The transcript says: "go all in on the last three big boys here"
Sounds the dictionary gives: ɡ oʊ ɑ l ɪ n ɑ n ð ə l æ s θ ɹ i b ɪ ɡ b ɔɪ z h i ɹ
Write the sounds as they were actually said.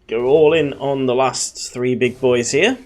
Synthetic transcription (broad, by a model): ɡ oʊ ɑ l ɪ n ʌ n ð ə l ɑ s θ ɹ i b ɪ ɡ b ɔɪ z h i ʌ